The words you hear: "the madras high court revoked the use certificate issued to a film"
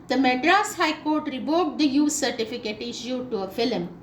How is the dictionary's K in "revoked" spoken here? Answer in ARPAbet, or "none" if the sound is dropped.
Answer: none